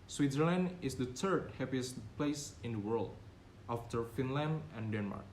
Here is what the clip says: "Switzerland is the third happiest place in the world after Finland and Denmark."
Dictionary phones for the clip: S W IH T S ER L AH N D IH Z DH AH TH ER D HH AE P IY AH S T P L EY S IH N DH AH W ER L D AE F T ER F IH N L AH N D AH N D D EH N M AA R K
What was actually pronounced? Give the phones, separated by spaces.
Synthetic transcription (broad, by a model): S W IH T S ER L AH N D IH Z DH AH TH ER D HH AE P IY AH S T P L EY S IH N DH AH W ER L D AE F T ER F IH N L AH N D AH N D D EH N M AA R K